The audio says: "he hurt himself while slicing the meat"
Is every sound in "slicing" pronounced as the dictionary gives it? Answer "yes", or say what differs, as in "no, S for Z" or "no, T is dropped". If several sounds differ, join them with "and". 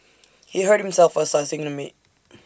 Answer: no, L is dropped